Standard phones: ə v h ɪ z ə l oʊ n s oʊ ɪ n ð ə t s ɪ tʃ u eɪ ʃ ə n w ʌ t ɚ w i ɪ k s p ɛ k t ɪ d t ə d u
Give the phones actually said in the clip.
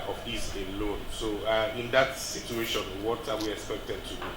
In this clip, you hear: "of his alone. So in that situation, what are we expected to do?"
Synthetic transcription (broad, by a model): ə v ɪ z ə l oʊ n s oʊ ɪ n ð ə t s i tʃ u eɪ ʃ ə n w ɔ t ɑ w i ɪ k s p ɛ k t ɪ d t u